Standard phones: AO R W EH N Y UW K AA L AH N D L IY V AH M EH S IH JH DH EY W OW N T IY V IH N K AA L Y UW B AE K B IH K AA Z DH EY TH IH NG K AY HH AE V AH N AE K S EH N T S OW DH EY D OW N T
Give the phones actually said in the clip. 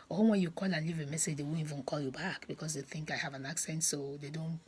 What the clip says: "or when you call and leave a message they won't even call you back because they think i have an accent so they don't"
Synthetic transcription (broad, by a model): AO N W EH N Y UW K AA L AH N L IY V AH M EH S IH JH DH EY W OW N IY V IH N K AA L Y UW B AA K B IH K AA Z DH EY TH IH NG K AY HH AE V AH N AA K S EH N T S OW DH EY D OW N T